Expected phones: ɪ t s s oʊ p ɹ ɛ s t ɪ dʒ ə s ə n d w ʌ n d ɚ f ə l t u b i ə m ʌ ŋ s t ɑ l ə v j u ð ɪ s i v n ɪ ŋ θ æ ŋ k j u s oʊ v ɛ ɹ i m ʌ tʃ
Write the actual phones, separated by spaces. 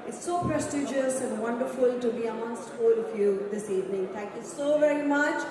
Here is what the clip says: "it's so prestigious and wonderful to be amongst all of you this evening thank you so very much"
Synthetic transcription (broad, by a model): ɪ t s s oʊ p ɹ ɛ s t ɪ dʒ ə s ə n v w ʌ n d ɚ f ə l t u b i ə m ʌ s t ɑ l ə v j u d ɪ s i v n ɪ ŋ t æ ŋ k j u s oʊ v ɛ ɹ i m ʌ tʃ